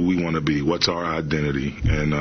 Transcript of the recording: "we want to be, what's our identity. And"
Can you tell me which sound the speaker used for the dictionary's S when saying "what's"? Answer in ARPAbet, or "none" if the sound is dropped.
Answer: S